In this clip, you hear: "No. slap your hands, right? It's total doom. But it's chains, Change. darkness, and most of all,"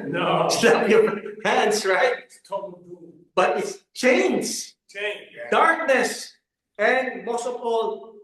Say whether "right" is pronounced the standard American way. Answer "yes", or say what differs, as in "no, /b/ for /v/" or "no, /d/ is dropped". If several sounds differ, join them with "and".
no, /t/ is dropped